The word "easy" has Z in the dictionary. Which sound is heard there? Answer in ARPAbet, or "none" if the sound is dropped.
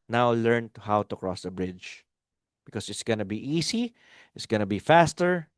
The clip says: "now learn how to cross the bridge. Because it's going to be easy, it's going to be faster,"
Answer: S